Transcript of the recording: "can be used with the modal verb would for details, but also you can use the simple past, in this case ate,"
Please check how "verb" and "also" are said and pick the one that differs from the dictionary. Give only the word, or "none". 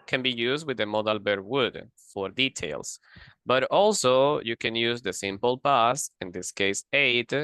verb